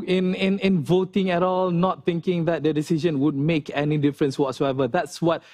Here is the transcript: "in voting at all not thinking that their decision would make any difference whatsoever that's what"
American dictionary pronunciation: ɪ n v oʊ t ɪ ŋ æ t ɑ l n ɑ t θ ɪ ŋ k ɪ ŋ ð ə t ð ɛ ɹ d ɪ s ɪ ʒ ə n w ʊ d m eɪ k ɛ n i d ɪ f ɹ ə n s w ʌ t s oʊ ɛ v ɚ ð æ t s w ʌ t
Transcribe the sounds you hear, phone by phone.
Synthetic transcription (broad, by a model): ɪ n v oʊ t ɪ ŋ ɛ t ɑ l n ɑ t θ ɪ ŋ k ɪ ŋ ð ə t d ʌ d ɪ s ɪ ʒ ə n w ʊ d m eɪ k ɛ n i d ɪ f ɹ ə n s w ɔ t s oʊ ɛ v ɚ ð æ t s w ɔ t